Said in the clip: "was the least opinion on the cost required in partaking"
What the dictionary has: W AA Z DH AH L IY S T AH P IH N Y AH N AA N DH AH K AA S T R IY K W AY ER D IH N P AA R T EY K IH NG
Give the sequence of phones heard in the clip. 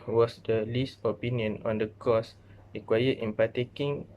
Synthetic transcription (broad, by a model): W AA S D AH L IY S T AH P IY N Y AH N AA N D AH K AA S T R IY K W AY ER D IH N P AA T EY K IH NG